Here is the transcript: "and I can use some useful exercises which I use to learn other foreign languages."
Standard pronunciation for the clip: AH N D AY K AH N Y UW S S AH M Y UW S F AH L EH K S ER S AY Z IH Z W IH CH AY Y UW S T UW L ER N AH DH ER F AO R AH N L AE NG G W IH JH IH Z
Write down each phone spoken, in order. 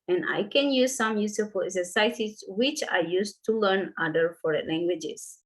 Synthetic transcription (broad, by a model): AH N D AY K AH N Y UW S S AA M Y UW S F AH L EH S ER S AY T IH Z W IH CH AY Y UW S T UW L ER N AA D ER F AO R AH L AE NG G W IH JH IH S